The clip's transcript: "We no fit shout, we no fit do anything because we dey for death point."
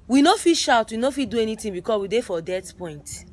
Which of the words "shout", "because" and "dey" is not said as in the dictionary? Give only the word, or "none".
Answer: because